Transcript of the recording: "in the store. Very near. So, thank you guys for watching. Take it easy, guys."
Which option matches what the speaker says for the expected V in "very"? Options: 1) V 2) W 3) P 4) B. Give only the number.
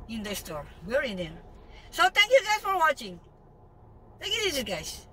2